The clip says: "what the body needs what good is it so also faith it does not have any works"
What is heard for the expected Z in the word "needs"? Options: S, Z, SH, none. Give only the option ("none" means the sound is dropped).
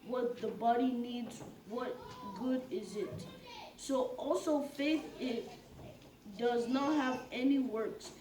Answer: Z